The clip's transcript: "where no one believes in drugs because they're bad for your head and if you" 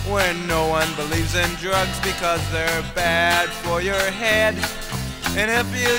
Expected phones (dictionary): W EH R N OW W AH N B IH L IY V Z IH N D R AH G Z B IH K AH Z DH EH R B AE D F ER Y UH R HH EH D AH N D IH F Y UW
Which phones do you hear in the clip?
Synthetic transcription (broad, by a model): W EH R N OW W AH N B IH L IY V Z IH N D R AH G Z B IH K AH Z DH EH R B AE D F ER Y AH R HH EH D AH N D IH F Y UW